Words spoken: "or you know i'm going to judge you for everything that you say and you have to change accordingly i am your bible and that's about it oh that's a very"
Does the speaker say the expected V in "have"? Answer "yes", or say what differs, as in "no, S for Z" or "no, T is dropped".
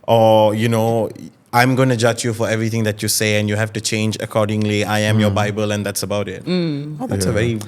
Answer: no, F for V